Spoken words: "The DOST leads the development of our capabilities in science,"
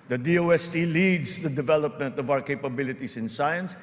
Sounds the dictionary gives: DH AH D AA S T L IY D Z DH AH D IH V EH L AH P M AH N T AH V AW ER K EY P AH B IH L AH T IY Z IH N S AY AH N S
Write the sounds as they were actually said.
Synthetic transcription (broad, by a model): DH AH D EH S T L IY D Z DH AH D IH V EH L AH P M AH N T AH V AW ER K EY P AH B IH L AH T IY S IH N S AY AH N S